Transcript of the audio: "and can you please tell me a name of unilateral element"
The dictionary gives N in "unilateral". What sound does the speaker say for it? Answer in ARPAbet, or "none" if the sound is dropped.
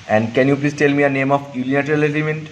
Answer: L